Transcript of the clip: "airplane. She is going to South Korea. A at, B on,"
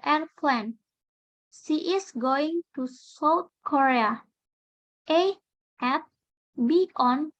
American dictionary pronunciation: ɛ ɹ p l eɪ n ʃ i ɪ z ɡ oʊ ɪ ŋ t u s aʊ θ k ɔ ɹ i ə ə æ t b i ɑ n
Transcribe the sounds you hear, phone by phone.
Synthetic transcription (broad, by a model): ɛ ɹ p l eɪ n s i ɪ s ɡ oʊ ɪ ŋ t u s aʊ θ k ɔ ɹ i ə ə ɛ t b i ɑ n